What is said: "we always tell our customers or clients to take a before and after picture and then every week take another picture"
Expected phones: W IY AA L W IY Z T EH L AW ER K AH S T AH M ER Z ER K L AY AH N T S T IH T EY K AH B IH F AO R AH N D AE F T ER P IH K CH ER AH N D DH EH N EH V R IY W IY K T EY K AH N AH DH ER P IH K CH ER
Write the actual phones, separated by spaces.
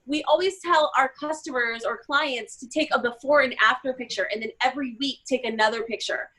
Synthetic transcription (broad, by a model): W IY AA L W IY Z T EH L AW ER K AH S T AH M ER Z ER K L AY AH N T S T IH T EY K AH B IH F AO R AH N AE F T ER P IH K CH ER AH N DH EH N EH V R IY W IY K T EY K AH N AH DH ER P IH K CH ER